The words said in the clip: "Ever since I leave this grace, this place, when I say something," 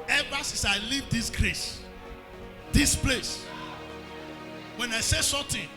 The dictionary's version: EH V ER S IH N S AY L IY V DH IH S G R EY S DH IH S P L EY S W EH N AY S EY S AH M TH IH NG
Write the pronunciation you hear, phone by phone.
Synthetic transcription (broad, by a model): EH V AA S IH S AY L IY V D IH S G R EY S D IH S P L EY S W EH N AY S EY S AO M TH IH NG